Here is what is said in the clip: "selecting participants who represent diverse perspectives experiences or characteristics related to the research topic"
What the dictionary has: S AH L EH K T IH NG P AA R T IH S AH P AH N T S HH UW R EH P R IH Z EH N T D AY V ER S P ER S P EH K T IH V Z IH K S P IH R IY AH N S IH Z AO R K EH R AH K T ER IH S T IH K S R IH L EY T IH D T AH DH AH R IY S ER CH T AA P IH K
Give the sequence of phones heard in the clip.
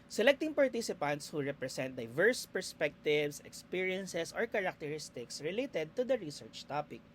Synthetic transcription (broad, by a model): S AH L EH K T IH NG P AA R T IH S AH P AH N T S HH UW R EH P R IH S EH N T D AY V ER S P ER S P EH K T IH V S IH K S P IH R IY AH N S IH S AO R K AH R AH K T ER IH S T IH K S R IH L EY T IH D T AH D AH R IY S ER CH T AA P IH K